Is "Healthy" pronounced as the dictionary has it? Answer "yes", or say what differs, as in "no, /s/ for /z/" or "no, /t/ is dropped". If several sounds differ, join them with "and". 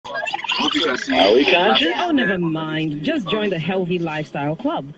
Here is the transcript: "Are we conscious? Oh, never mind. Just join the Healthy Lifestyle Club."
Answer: yes